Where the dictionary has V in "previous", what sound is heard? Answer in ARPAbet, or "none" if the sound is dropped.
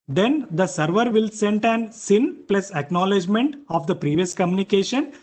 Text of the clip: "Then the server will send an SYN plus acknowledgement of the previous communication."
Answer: V